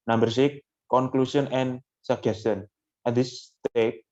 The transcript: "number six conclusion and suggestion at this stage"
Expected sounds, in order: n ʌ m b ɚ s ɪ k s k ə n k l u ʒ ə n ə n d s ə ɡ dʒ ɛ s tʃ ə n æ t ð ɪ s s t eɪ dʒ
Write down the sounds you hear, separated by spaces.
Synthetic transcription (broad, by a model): n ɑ m b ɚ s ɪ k k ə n k l u s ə n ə n s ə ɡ ɛ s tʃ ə n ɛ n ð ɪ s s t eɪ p